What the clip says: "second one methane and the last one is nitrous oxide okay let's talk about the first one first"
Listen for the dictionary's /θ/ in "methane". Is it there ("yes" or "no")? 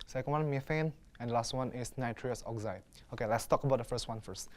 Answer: no